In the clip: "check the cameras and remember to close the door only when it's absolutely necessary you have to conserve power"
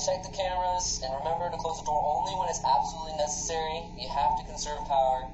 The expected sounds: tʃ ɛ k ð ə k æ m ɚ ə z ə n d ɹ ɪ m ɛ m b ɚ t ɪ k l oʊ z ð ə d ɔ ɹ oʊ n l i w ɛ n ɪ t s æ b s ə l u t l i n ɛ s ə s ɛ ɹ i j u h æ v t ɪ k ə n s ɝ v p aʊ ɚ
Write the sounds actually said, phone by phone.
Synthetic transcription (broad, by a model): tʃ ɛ k ð ə k æ m ɚ ə z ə n ɹ ɪ m ɛ m b ɚ t ɪ k l oʊ z ð ə d ɔ ɹ oʊ n l i w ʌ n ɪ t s æ b s ə l u t l i n ɛ s ə s ɛ ɹ i j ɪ h æ f t ɪ k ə n s ɝ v p aʊ ɚ